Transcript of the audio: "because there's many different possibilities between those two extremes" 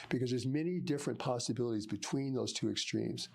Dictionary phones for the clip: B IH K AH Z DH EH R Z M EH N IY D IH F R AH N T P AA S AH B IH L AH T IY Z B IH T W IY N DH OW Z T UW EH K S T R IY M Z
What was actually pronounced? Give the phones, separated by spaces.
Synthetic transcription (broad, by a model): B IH K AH Z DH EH R Z M EH N IY D IH F R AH N P AA S AH B IH L AH T IY Z B IH T W IY N DH OW Z T UW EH K S T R IY M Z